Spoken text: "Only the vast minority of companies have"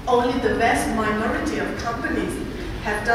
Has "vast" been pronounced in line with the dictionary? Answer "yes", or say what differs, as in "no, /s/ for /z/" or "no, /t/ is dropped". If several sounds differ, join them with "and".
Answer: no, /b/ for /v/